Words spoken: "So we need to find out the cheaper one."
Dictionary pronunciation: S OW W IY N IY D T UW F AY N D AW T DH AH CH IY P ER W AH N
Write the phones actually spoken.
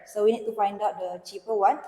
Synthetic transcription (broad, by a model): S OW W IY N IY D T UW F AY N D AW T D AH CH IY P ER W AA N